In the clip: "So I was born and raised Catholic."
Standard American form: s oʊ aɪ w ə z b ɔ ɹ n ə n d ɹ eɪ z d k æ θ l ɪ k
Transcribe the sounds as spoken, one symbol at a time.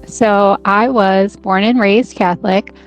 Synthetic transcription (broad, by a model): s oʊ aɪ w ə z b ɔ ɹ n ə n ɹ eɪ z k æ θ l ɪ k